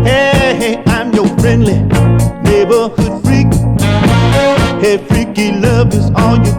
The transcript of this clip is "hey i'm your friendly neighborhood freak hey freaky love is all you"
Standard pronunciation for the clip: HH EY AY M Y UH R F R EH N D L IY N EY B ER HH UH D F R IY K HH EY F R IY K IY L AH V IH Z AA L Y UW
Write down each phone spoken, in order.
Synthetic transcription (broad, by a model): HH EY AY M Y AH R F R EH N D L IY N EY B ER HH UH D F R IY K HH EY F R IY K IY L AH V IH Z AA L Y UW